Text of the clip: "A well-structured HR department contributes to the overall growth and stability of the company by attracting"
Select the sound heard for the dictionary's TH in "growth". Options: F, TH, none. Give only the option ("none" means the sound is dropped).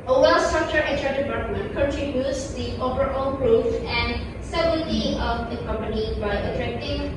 F